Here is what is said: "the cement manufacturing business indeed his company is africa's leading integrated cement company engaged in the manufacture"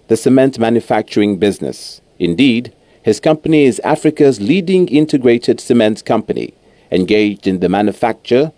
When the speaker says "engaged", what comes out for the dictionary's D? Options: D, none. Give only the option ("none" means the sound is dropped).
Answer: D